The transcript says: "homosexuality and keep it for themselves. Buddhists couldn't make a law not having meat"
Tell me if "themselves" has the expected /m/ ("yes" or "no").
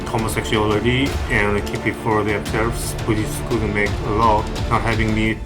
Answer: no